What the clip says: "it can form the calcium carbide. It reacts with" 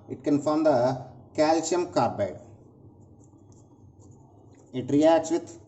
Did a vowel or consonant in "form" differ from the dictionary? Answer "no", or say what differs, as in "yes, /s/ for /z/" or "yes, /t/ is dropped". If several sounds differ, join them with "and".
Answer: no